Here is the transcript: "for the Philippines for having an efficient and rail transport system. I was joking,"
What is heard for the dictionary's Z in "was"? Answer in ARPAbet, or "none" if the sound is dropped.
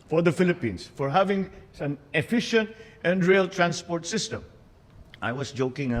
S